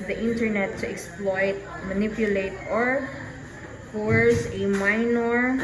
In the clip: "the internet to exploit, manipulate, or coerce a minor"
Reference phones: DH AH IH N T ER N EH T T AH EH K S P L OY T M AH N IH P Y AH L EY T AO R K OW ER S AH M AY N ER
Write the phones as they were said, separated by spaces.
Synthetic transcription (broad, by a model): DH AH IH N T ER N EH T T AH EH K S P L OY T M AH N IH P Y AH L EY T AO R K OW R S AH M AY N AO